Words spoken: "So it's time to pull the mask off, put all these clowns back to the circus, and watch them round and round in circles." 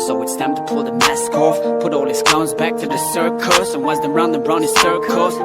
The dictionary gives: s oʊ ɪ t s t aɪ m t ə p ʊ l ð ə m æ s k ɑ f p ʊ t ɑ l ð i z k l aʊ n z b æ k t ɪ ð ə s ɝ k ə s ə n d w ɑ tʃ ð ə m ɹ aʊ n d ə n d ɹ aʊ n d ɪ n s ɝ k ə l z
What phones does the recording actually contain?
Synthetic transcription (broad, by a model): s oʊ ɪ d s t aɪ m t ə p ʊ l ð ə m æ s k ɑ f p ʊ t ɑ l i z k aʊ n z b æ k t ɪ ð ə s ɝ k ə s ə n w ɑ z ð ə ɹ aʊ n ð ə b ɹ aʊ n ɪ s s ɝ k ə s